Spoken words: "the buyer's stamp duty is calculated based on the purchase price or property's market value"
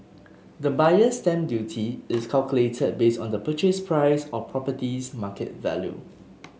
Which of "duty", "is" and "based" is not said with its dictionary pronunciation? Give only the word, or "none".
is